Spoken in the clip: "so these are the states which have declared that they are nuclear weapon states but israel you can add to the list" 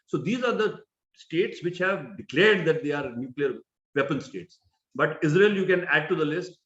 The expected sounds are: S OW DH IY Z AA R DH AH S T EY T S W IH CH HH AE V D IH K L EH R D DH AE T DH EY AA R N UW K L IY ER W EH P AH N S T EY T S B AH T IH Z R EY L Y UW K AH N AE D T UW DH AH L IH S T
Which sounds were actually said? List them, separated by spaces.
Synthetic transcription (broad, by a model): S OW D IY Z AA R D AH S T EY T S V IH CH HH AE V D IH K L EH R D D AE T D EY AA R N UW K L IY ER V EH P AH N S T EY T S B AH T IH Z R EY L Y UW K AH N AE D T UW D AH L IH S T